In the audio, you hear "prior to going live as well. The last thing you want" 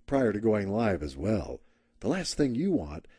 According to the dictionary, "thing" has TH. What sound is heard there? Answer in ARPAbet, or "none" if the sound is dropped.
TH